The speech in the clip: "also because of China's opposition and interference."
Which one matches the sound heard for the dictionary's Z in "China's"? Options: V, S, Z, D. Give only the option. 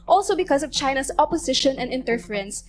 S